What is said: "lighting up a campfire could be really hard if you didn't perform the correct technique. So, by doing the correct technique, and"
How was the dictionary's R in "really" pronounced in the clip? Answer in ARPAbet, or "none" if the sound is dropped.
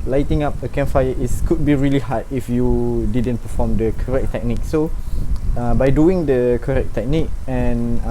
R